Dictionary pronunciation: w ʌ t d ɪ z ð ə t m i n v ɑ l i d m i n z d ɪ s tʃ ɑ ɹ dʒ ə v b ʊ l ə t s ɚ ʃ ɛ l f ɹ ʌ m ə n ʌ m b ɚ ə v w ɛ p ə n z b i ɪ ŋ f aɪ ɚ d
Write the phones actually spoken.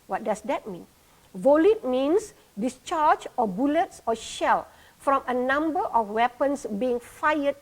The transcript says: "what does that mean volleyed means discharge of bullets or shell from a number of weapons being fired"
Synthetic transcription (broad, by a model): w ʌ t d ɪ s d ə t m i n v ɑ l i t m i n s d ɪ s tʃ ɑ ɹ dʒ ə b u l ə t s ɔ ʃ ɛ l f ɹ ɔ m ə n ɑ m b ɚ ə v w ɛ p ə n s b i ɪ ŋ f aɪ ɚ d